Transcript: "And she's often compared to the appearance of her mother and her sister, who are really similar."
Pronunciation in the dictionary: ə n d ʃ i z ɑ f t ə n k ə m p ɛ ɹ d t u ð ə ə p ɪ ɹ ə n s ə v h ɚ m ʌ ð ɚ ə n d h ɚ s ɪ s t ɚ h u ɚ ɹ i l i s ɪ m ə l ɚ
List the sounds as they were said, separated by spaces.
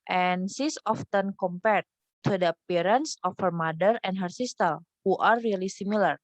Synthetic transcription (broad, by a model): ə n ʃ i s ɑ f t ə n k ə m p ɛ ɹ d t u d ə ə p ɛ ɹ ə n s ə f h ɚ m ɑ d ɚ ə n d h ɚ s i s t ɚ h u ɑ ɹ i l i s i m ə l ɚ